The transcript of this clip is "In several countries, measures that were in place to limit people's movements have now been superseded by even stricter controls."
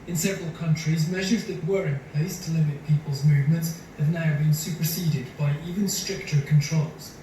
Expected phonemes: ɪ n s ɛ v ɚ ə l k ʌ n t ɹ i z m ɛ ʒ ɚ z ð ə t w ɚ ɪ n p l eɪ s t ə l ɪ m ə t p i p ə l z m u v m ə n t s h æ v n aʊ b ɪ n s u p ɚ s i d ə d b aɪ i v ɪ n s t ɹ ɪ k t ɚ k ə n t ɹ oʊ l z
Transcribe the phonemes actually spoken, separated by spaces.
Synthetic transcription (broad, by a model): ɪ n s ɛ v ɚ ə l k ʌ n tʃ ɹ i z m ɛ ʒ ɚ z ð ə t w ɚ ɪ n p l eɪ s t ə l ɪ m ə t p i p ə l z m u v m ə n t s h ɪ v n aʊ b ɪ n s u p ɚ s i d ə d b aɪ i v ɪ n s t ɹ ɪ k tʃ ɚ k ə n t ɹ oʊ l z